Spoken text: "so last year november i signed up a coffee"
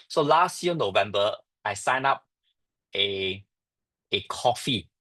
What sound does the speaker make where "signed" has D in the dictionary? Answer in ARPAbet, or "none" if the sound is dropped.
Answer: none